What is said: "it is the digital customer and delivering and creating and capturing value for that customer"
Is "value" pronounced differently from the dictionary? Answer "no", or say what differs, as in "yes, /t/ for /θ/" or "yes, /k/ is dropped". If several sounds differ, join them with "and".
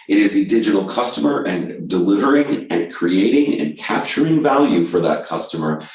no